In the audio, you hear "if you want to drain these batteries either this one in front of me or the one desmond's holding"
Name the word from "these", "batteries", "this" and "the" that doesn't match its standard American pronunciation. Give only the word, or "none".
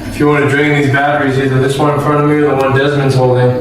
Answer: none